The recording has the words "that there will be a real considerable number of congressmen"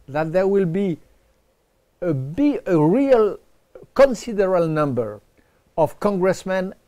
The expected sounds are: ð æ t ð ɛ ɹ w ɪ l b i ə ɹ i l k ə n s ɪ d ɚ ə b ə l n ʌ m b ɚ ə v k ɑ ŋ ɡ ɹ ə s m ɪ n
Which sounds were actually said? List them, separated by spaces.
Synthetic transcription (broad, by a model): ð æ t ð ɛ ɹ w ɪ l b i ə ɹ i l k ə n s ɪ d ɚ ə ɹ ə l n ʌ m b ɚ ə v k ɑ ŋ ɡ ɹ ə s m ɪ n